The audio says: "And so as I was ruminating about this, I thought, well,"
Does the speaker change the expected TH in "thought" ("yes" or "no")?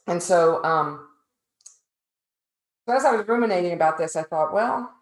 no